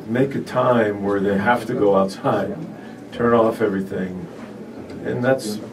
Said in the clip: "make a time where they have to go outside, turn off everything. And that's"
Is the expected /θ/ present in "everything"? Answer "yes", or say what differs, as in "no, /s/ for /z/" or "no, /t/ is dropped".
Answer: yes